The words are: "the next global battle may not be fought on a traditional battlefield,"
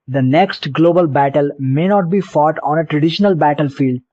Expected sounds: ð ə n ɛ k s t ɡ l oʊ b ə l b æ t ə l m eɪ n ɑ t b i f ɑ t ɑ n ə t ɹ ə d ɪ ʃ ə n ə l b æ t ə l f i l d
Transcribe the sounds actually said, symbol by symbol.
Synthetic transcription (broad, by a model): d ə n ɛ k s t ɡ l oʊ b ə l b æ t ə l m eɪ n ɑ t b i f ɑ t ɑ n ə t ɹ ə d ɪ ʃ ə n ə l b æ t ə l f i l d